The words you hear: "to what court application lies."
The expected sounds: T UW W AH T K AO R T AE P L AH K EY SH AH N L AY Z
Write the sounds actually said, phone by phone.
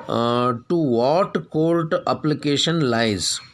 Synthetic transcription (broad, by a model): T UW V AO T K AO L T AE P L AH K EY SH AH N L AY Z